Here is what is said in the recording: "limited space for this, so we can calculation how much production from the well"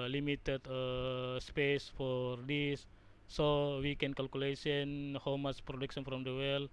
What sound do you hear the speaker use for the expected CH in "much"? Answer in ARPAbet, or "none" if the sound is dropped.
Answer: S